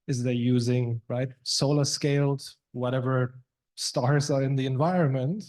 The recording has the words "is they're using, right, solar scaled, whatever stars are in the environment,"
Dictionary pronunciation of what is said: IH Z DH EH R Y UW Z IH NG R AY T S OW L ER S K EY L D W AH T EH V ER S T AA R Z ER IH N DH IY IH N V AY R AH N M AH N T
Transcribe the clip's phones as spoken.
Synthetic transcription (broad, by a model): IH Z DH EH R Y UW Z IH NG R AY T S OW L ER S K EY L D W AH T EH V ER S T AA R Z ER IH N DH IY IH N V AY R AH N M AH N T